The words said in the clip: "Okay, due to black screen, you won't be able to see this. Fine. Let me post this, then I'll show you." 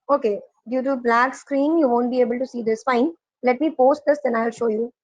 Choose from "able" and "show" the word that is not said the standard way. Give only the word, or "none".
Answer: none